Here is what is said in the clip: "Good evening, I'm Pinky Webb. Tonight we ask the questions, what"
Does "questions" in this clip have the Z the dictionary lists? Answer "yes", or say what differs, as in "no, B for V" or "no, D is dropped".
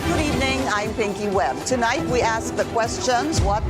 yes